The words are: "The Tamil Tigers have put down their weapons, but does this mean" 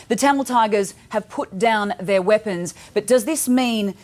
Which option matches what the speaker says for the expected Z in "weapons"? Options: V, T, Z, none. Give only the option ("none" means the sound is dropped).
Z